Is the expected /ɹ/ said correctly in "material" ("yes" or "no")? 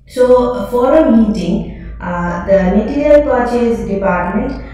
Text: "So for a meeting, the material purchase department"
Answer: no